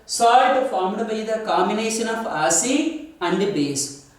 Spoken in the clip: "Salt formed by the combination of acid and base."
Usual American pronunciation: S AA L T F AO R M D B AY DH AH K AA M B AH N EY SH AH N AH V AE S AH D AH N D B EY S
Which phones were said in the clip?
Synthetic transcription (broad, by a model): S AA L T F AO R M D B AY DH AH K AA M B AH N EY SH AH N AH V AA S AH AH N D B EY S